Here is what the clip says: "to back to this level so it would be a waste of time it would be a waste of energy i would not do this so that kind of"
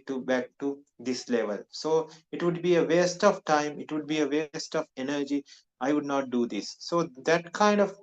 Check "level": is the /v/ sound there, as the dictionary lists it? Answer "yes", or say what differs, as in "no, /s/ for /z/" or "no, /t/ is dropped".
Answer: yes